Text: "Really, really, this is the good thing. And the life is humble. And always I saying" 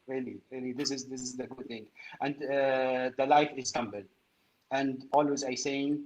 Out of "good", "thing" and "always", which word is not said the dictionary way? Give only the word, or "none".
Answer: none